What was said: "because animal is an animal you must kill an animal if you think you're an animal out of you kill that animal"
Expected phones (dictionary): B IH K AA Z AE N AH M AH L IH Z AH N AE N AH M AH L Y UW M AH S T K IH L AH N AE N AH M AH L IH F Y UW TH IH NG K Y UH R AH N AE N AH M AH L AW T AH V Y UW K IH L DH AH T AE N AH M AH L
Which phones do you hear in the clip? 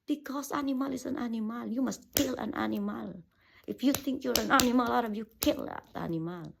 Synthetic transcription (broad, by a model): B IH K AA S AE N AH M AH L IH S AH N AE N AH M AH L Y UW M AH S T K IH L AH N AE N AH M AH L IH F Y UW T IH NG K Y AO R AH N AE N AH M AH L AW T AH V Y UW K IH L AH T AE N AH M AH L